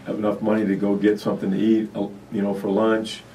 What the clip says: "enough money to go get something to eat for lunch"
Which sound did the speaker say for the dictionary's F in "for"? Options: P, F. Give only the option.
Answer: F